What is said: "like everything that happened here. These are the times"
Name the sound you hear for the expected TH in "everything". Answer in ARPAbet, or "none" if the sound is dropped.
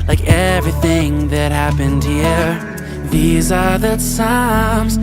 TH